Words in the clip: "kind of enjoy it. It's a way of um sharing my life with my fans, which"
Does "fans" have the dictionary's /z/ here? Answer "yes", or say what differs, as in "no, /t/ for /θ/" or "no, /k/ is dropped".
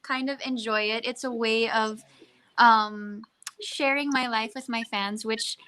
yes